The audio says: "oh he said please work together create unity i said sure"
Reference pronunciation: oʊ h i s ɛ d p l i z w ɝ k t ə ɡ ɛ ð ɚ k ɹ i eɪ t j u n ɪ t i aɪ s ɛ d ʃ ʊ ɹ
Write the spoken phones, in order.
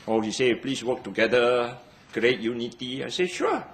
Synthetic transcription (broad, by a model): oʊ h i s ɛ p l i s w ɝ k t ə ɡ ɛ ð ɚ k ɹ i eɪ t j u n ɪ t i aɪ s ɛ ʃ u